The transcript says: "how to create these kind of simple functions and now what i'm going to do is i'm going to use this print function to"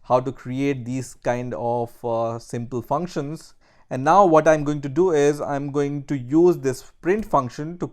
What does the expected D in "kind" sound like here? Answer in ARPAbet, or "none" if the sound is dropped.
D